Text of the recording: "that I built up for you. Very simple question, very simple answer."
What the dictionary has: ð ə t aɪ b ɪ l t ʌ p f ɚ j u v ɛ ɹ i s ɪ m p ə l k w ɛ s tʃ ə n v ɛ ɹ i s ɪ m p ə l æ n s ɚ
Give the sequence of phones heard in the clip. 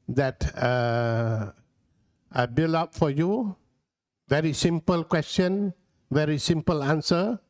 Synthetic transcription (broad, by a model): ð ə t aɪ b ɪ l ɑ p f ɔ j u v ɛ ɹ i s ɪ m p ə l k w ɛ s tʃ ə n v ɛ ɹ i s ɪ m p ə l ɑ n s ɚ